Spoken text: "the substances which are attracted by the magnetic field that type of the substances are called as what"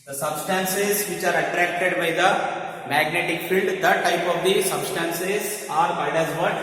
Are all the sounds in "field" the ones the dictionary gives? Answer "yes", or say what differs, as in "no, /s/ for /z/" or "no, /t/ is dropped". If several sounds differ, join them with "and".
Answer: yes